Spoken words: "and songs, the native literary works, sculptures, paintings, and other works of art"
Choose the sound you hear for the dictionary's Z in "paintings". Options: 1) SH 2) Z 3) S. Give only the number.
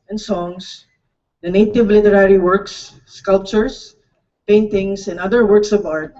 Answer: 3